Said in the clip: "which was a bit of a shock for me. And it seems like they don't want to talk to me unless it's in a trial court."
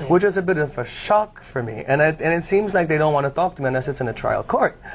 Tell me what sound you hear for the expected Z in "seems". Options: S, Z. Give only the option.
Z